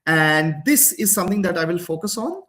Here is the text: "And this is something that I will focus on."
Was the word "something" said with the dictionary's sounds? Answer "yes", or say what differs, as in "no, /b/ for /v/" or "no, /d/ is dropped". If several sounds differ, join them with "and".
no, /t/ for /θ/